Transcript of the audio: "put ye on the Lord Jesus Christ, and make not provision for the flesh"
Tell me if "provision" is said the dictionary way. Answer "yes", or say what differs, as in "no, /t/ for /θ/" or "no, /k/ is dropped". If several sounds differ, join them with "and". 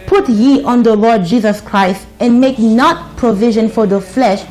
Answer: yes